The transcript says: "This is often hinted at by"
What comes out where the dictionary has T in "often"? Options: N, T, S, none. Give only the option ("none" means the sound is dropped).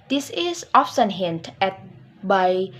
S